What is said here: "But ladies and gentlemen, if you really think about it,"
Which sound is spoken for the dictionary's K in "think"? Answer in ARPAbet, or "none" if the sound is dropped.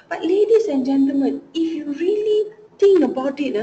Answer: none